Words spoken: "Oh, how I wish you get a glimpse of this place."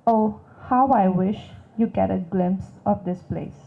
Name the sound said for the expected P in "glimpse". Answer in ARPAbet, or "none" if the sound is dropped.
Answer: P